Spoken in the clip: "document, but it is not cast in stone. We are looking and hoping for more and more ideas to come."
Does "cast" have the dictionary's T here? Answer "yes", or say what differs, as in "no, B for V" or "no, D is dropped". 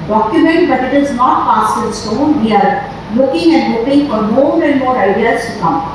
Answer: no, T is dropped